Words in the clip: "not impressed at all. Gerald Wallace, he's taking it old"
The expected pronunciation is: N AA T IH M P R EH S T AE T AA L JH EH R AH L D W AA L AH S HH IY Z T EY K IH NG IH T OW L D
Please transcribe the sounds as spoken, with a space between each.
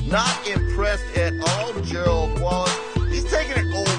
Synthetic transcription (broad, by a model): N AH T IH M P R EH S T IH T AA L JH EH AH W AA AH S HH IY Z T EY K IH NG IH T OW